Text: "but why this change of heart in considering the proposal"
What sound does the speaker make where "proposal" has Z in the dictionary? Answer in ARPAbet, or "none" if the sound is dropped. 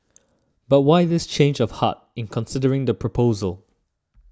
Z